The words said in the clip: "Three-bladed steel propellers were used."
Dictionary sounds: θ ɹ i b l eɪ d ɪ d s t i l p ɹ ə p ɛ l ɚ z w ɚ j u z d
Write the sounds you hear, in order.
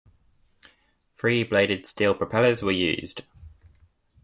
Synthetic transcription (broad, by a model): f ɹ i b l eɪ d ɪ d s t i l p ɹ ə p ɛ l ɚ z w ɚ j u z d